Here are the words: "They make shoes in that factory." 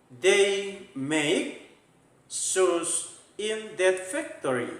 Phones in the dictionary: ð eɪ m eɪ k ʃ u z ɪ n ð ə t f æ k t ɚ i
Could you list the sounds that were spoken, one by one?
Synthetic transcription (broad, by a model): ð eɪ m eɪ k s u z ɪ n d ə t f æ k t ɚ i